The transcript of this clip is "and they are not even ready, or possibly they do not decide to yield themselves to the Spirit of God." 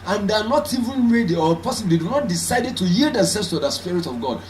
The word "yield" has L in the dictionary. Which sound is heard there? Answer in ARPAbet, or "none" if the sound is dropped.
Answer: L